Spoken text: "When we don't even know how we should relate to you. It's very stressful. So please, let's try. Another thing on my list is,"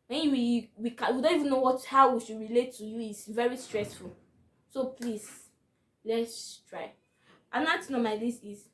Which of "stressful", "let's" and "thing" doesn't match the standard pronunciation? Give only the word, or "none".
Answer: thing